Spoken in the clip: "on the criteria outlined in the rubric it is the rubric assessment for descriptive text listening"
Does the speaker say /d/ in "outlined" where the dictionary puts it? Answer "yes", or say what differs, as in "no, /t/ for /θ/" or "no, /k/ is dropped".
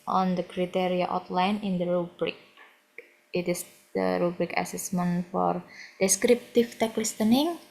no, /d/ is dropped